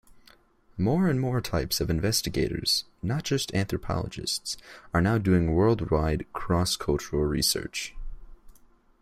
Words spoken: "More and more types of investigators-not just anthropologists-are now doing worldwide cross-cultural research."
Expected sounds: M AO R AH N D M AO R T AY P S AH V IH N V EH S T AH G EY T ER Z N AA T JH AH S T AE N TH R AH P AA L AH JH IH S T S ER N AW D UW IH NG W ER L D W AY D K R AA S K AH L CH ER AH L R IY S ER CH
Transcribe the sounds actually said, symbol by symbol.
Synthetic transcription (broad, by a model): M AO R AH N M AO R T AY P S AH V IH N V EH S T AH G EY T ER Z N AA T JH AH S T AE N TH R AH P AA L AH JH IH S T S ER N AW D UW IH NG W ER L D W AY D K R AA S K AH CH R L R IY S ER CH